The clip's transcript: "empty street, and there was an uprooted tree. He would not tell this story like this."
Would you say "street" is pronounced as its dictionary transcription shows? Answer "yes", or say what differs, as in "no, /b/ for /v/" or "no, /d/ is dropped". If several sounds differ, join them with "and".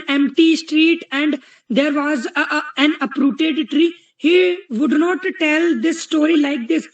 yes